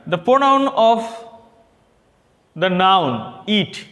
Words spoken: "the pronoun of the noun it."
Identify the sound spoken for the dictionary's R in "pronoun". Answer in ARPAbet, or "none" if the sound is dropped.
none